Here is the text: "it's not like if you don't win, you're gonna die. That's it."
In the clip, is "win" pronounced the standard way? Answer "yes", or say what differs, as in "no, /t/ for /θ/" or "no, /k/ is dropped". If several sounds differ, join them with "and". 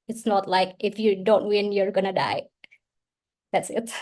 yes